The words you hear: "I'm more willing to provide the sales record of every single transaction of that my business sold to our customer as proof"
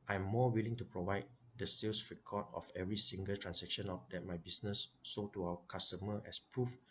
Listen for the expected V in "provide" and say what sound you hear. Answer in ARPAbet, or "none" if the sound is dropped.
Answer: V